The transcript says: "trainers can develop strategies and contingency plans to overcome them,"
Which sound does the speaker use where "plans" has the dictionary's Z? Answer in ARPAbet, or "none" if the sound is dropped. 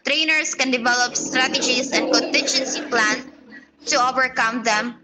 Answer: none